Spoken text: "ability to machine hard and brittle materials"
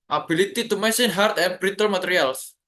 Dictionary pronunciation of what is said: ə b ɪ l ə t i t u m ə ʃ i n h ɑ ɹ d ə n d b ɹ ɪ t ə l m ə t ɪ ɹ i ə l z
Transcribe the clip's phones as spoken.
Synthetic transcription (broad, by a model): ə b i l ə t i t u m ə s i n h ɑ ɹ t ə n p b ɹ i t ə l m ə t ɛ ɹ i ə l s